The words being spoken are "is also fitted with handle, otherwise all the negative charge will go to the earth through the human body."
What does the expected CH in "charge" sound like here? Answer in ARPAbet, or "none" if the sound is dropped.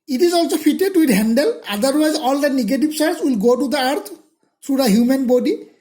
S